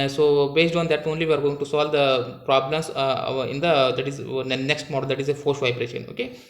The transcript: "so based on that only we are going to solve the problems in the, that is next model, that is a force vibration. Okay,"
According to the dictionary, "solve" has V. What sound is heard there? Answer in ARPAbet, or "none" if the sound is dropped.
V